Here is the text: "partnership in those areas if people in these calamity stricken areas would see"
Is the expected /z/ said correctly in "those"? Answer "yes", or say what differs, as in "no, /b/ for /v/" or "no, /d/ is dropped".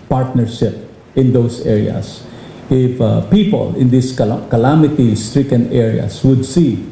no, /s/ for /z/